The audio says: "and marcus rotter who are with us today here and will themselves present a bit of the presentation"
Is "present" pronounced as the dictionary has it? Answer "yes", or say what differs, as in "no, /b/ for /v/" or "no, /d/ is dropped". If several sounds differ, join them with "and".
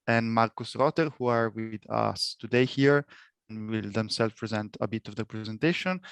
yes